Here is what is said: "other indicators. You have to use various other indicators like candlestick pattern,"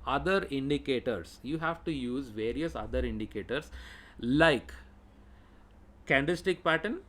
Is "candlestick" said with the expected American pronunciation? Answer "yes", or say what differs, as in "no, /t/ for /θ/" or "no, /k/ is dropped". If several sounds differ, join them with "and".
no, /l/ is dropped